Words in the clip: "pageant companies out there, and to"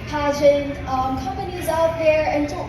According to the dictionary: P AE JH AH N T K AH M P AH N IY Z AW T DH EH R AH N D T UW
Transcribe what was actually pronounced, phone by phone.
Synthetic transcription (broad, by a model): P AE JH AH N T K AH M P AH N IY Z AW T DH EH R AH N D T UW